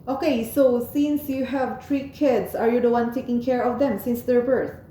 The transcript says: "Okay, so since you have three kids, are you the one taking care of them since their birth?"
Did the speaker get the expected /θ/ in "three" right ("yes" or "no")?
no